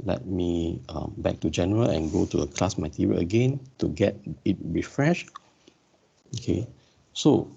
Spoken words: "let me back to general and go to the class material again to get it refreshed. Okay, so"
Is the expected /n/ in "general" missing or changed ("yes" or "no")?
no